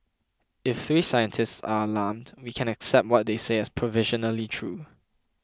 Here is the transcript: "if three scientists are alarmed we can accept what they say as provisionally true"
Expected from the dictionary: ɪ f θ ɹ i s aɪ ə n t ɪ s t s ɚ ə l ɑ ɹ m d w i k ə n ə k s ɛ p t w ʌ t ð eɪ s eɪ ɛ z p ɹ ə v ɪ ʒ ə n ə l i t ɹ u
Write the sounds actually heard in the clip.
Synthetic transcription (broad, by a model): ɪ f θ ɹ i s aɪ ə n t ɪ s t s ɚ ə l ɑ m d w i k ə n ə k s ɛ p t w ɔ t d eɪ s eɪ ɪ s p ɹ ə v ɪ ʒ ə n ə l i t ɹ u